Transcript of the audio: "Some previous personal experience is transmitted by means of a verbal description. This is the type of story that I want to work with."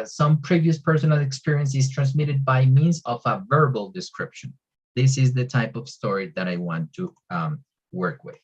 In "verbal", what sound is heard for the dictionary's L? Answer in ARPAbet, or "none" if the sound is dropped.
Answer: L